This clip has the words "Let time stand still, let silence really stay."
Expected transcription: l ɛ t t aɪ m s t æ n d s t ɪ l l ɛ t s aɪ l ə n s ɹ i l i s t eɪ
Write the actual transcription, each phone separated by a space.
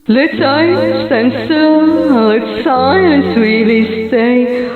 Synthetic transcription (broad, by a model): l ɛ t s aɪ s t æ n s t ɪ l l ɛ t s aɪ n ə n s w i l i s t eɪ